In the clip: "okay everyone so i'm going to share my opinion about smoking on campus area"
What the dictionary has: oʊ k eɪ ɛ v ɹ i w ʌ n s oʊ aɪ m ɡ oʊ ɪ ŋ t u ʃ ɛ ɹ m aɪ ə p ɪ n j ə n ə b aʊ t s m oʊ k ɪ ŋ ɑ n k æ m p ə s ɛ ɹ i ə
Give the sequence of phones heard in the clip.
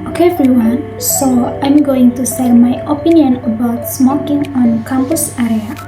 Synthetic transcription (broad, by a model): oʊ k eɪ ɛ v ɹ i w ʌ n s oʊ aɪ m ɡ oʊ ɪ ŋ t u s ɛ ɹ m aɪ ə p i n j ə n ə b aʊ t s m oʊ k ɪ ŋ ɑ n k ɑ m p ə s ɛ ɹ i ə